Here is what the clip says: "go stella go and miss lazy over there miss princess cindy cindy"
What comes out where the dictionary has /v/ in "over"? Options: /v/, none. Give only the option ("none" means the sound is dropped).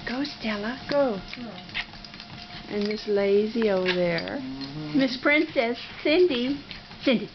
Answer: none